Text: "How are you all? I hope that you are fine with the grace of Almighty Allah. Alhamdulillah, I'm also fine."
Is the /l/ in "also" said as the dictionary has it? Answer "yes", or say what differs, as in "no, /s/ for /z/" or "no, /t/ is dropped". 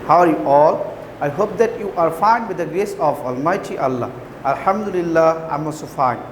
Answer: no, /l/ is dropped